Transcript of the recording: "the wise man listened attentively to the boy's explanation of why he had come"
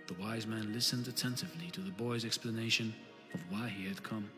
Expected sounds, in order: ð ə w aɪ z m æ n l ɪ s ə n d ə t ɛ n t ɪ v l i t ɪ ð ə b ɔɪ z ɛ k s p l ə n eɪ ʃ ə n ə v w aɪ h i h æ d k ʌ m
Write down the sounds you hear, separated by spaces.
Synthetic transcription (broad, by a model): ð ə w aɪ z m æ n l ɪ s ə n d ə t ɛ n t ɪ v l i t ɪ ð ə b ɔɪ z ɛ k s p l ə n eɪ ʃ ə n ə v w aɪ i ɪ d k ʌ m